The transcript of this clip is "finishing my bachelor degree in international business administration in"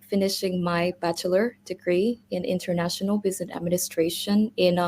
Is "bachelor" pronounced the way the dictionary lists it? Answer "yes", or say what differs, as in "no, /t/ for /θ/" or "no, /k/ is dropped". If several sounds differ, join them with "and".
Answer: yes